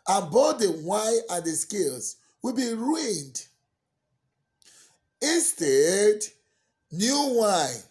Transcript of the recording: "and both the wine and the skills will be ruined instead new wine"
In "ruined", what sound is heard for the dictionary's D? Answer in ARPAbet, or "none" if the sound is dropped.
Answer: D